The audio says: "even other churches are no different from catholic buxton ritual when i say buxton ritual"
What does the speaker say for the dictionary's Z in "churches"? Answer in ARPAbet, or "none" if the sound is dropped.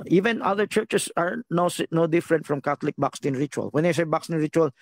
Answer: S